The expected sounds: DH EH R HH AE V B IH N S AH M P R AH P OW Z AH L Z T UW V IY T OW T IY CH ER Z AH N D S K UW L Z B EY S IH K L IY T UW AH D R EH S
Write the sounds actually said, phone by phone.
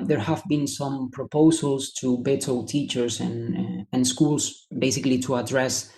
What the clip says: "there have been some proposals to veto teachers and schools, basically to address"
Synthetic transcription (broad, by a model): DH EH R HH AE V B IH N S AH M P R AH P OW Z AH L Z T UW B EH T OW T IY CH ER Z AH N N S K UW L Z B EY S IH K L IY T UW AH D R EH S